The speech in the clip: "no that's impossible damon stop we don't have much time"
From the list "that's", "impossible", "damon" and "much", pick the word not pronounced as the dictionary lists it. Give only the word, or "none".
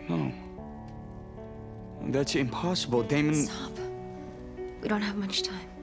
none